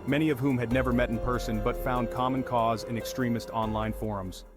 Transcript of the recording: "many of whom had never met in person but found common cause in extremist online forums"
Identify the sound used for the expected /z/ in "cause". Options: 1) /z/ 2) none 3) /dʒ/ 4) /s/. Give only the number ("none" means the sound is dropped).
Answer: 1